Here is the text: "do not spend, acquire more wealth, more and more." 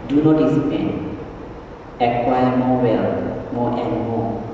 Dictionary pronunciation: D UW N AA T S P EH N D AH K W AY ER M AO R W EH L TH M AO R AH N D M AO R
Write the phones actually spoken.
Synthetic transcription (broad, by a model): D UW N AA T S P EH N AH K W AY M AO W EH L M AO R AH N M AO